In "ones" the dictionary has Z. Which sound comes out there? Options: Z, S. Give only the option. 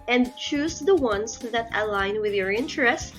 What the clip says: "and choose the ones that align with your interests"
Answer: S